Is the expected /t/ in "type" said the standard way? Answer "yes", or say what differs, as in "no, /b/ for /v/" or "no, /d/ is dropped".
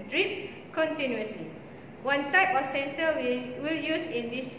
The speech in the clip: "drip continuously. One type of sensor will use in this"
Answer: no, /s/ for /t/